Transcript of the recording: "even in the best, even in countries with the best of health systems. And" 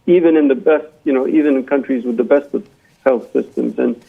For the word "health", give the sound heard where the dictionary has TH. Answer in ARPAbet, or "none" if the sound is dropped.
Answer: TH